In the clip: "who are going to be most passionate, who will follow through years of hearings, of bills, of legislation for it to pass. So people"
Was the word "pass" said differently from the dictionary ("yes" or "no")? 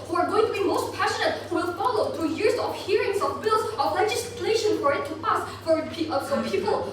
yes